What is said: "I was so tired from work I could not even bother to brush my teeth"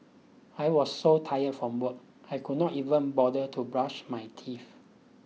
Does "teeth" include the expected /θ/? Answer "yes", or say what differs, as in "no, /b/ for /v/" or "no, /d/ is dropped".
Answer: no, /f/ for /θ/